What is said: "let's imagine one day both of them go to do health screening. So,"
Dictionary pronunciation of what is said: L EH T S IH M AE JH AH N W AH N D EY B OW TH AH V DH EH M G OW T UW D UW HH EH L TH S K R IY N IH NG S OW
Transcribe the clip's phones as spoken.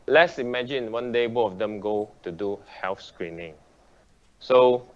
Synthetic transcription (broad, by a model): L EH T S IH M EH JH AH N W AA N D EY B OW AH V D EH M G OW T UW D UW HH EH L F S K R IY N IH NG S OW